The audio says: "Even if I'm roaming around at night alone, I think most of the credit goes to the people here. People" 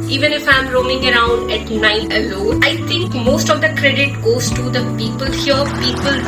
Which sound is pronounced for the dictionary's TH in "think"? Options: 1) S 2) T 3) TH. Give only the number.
2